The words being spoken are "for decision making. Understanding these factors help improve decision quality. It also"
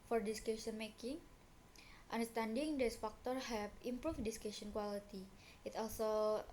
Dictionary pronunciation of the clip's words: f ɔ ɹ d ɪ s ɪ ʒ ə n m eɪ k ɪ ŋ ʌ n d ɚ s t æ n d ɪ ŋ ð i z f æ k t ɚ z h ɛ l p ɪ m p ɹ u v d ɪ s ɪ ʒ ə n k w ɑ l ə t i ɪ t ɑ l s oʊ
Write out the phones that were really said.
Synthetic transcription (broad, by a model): f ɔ ɹ d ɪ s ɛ ʃ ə n m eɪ k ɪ ŋ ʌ n d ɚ s t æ n d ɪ ŋ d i s f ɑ k t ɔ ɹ h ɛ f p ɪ m p ɹ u f d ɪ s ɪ ʃ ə n k w ɑ l ə t i ɪ t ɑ l s oʊ